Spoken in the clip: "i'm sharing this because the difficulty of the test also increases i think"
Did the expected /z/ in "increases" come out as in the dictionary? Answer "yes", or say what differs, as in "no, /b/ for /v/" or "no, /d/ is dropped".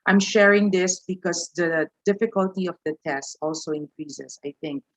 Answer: no, /s/ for /z/